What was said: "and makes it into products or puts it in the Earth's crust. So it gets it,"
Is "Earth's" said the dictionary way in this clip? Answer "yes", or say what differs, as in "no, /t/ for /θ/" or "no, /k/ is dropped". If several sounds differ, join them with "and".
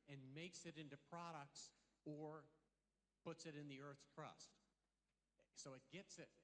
yes